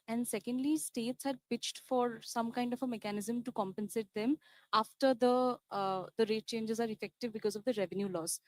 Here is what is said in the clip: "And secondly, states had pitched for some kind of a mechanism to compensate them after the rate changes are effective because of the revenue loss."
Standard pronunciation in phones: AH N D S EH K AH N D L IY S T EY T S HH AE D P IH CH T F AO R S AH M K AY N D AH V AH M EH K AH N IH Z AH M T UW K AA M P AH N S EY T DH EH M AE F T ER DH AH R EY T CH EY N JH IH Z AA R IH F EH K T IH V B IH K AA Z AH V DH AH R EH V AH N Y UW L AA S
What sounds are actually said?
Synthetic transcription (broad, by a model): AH N D S EH K AH N D L IY S T EY T S HH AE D P IH CH T F AO R S AH M K AY N D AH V AH M EH K AH N IH Z AH M T UW K AA M P AH N S EY T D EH M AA F T ER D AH R EY T CH EY N JH IH Z AA R IH F EH K T IH V B IH K AA Z AH V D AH R EH V AH N Y UW L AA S